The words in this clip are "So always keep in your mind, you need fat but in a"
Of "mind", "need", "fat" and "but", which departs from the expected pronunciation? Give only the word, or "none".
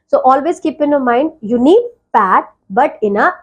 fat